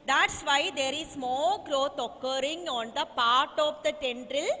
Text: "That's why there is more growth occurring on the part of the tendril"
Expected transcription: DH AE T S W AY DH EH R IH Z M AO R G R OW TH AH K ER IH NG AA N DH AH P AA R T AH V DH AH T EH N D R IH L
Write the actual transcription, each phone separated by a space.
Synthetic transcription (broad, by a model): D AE T S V AY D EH R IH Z M AO L G R OW T AH K ER IH NG AA N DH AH P AA R T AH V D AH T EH N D R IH L